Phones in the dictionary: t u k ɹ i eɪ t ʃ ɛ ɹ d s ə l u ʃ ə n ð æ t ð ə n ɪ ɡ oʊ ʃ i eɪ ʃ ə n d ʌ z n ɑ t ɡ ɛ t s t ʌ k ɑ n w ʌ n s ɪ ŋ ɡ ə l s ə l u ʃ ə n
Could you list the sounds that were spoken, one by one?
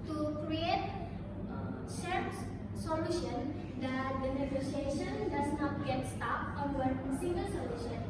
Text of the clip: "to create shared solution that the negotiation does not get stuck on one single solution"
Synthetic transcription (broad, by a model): t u k ɹ i eɪ t s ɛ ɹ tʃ s ə l u ʃ ə n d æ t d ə n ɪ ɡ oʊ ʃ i eɪ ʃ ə n d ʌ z n ɑ t ɡ ɛ t s t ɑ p ɑ n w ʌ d s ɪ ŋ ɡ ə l s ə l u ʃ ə n